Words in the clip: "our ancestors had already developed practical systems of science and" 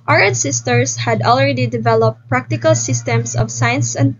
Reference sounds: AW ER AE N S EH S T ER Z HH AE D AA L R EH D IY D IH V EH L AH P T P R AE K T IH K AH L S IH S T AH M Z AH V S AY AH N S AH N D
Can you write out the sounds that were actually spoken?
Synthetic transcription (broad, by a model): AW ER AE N S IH S T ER S HH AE D AA L R EH D IY D IH V EH L AH P T P R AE K T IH K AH L S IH S T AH M S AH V S AY AH N S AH N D